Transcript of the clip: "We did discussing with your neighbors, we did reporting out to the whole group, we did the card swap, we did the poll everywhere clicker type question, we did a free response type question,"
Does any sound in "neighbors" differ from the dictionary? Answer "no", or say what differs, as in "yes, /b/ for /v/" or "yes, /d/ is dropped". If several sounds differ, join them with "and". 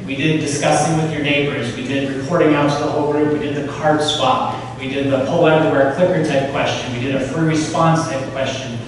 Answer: no